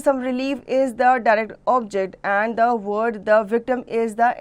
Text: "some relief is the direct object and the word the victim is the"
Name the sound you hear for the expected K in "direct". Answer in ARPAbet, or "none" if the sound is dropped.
K